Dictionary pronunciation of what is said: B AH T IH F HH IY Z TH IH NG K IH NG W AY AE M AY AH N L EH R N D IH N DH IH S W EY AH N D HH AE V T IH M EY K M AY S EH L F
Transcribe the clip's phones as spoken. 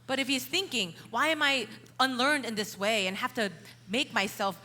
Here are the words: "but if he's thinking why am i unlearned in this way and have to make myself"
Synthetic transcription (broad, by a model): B AH T IH F HH IY Z TH IH NG K IH NG W AY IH M AY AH N L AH R N D IH N DH IH S W EY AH N HH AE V T IH M EY K M AY S EH L F